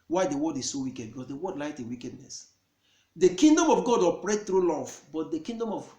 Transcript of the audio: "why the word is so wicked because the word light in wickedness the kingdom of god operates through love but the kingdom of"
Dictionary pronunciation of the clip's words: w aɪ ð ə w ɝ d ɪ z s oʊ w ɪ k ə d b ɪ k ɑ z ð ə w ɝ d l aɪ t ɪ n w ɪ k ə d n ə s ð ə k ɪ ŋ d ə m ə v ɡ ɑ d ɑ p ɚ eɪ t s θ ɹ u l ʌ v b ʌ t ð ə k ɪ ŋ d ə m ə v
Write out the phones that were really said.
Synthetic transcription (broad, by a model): w aɪ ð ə w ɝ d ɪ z s oʊ w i k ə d b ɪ k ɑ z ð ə w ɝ d l aɪ t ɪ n w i k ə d n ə s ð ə k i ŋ d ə m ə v ɡ ɑ d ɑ p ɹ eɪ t θ ɹ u l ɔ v b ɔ t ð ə k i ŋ d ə m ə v